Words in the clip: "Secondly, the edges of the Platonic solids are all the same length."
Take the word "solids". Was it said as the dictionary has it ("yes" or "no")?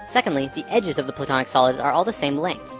yes